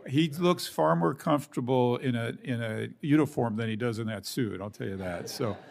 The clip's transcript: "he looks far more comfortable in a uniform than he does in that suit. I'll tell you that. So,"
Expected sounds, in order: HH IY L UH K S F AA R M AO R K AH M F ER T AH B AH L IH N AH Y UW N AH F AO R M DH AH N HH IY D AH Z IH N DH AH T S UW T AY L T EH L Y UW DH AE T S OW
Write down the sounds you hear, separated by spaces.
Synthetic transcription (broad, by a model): HH IY L UH K S F AA R M AO R K AH M F ER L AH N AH IH N AH Y UW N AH F AO R M DH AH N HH IY D AH Z IH N DH AH T S UW T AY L T EH L Y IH DH AE T S OW